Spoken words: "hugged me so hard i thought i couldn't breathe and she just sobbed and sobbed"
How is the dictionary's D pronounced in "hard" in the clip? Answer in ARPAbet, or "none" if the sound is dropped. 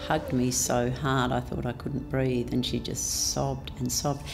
D